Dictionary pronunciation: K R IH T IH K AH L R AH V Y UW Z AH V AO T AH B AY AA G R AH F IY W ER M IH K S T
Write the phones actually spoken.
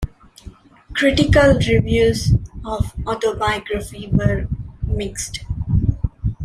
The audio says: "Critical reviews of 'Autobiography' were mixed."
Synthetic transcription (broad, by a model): K R IH T IH K AH L R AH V Y UW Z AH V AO T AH B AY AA G R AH F IY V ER M IH K S T